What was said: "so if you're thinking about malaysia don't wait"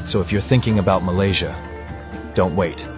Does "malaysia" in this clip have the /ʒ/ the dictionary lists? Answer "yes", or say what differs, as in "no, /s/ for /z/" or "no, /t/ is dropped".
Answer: yes